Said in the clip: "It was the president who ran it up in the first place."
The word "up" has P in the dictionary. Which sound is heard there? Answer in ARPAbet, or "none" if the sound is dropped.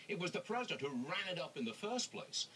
P